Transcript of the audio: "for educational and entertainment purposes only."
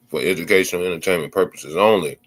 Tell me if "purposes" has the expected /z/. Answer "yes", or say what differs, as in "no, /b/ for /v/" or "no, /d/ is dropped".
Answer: yes